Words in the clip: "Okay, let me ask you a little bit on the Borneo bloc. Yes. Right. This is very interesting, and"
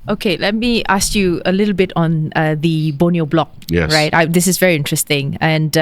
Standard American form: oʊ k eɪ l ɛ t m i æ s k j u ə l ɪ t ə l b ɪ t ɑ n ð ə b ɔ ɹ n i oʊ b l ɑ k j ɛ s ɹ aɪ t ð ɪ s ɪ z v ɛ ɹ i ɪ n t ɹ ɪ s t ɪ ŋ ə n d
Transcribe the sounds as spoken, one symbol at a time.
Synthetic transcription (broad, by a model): oʊ k eɪ l ɛ t m i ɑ s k j u ə l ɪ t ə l b ɪ t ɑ n ð ə b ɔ n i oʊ b l ɑ k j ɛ ɹ aɪ t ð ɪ s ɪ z v ɛ ɹ i ɪ n t ɹ ɪ s t ɪ ŋ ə n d